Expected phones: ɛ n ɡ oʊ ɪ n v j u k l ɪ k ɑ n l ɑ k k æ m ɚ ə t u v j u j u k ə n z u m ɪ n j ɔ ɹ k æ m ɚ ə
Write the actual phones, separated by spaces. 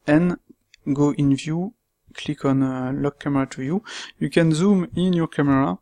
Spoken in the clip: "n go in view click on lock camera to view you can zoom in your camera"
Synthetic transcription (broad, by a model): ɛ n ɡ oʊ ɪ n v j u k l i k ɑ n l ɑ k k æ m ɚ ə t u j u j u k ə n z u m ɪ n j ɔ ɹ k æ m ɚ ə